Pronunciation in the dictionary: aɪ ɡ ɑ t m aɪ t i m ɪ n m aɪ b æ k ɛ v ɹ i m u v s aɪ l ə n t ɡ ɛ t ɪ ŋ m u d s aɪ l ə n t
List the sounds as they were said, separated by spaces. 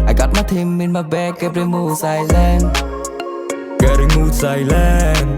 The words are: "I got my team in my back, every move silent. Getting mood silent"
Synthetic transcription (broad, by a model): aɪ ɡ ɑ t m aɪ t i m ɪ n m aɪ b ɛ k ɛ p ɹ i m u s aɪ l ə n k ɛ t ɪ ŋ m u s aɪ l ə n